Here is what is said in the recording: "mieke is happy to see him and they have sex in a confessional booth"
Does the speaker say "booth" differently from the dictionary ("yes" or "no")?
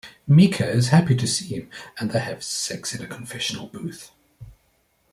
no